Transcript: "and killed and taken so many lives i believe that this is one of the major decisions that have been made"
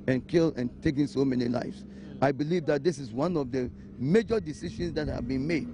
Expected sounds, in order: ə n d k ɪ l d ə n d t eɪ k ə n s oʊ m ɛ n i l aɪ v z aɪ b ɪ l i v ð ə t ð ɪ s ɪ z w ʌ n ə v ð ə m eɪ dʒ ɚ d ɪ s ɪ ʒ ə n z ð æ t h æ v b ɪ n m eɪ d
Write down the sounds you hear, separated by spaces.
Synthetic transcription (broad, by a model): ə n k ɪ l ə n t eɪ k ə n s oʊ m ɛ n i l aɪ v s aɪ b ɪ l i v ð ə t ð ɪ s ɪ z w ʌ n ə v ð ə m eɪ dʒ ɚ d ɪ s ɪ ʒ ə n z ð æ t h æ v b ɪ n m eɪ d